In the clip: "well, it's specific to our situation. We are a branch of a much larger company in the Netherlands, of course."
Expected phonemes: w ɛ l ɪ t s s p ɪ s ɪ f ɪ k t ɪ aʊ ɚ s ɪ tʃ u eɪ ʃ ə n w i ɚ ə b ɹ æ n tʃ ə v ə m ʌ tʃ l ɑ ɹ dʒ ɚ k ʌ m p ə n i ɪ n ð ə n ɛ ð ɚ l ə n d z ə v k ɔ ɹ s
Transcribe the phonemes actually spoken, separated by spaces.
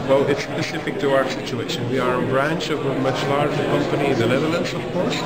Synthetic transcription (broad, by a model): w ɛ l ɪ t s s p ɪ s ɪ f ɪ k t ɪ aʊ ɚ s ɪ tʃ u eɪ ʃ ə n w i ɚ ə b ɹ æ n tʃ ə v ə m ʌ tʃ l ɑ ɹ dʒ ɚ k ʌ m p ə n i ɪ n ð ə l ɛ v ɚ l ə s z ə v k ɔ ɹ s